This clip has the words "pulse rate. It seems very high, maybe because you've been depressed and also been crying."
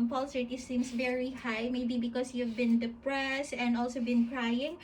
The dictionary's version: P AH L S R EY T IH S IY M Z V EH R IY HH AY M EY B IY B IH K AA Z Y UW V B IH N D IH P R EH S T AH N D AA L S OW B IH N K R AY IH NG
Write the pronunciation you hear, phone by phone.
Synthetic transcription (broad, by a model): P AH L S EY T IH S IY M S V EH R IY HH AY M EY B IY B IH K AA S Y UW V B IH N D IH P R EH S AH N D AA L S OW B IH N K R AY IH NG